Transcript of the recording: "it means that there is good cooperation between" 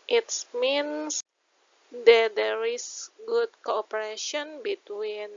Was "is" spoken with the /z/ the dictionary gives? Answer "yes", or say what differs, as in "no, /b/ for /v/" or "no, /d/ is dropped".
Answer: no, /s/ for /z/